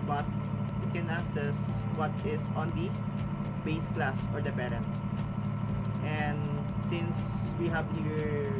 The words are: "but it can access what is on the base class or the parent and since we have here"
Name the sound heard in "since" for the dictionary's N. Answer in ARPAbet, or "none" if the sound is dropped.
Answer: N